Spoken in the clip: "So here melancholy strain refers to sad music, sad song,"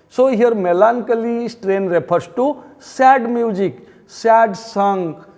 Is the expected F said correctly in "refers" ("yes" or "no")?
no